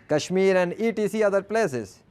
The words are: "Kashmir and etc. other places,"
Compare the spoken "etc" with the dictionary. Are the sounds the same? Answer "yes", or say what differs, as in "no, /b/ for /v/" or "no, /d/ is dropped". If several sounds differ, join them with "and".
no, /s/ is dropped